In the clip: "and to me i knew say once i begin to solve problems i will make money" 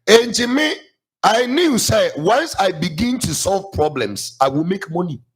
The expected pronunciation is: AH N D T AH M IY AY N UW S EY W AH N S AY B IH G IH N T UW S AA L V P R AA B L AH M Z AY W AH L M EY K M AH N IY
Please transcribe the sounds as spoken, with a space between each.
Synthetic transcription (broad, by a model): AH N T AH M IY AY N UW S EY W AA N S AY B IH G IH N T UW S AA L V P R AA B L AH M S AY W AH L M EY K M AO N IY